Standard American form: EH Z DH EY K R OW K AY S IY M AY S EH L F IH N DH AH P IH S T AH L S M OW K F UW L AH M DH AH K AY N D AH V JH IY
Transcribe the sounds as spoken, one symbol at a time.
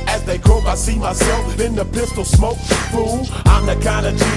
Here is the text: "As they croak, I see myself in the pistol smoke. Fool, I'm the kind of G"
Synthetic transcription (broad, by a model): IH Z DH EY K OW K AY S IY M AY S EH L F IH N DH AH P IH S T L S M OW K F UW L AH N DH AH K AY N D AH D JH